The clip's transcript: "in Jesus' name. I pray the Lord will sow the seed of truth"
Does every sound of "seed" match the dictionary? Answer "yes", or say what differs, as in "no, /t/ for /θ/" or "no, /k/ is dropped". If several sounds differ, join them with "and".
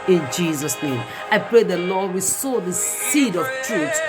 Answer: yes